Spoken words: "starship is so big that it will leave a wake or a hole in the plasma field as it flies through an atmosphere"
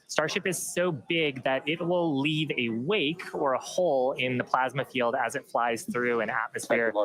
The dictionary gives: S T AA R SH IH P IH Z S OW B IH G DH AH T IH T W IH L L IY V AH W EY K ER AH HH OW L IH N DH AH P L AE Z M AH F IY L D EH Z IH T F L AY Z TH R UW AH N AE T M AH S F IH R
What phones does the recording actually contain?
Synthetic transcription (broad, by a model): S T AA R SH IH P IH Z S OW B IH G DH AH T IH T W IH L L IY V AH W EY K ER AH HH OW L IH N DH AH P L AE Z M AH F IY L D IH Z IH T F L AY Z TH R UW AH N AE T M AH S F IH R